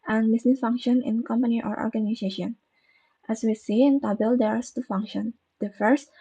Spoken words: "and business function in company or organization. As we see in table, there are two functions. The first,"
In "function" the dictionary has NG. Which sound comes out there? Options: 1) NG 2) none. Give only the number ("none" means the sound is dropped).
1